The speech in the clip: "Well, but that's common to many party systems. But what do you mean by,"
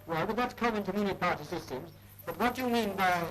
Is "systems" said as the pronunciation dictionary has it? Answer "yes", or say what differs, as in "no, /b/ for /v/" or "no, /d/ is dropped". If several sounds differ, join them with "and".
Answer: yes